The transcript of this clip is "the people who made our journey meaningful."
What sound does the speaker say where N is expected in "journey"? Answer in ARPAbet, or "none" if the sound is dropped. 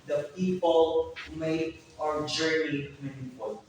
none